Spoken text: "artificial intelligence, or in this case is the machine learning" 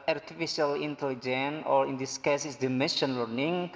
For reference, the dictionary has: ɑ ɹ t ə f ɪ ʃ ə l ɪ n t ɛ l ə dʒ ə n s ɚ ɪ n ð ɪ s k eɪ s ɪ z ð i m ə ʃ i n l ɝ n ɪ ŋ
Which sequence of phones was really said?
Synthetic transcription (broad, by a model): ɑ ɹ t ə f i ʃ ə l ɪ n t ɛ l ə dʒ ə n ɔ ɪ n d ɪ s k eɪ s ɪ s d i m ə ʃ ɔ n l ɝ n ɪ ŋ